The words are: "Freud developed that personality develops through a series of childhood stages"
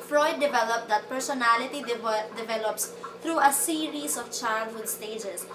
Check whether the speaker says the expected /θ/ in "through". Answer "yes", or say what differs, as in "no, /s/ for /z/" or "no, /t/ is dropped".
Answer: no, /t/ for /θ/